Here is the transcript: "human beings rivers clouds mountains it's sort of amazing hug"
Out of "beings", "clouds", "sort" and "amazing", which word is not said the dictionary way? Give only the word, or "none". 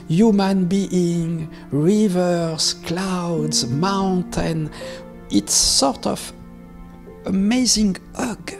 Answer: beings